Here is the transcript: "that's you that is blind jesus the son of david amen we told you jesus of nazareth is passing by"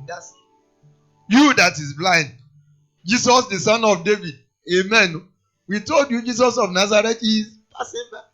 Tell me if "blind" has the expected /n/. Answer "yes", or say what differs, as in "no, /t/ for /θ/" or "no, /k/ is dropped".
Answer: yes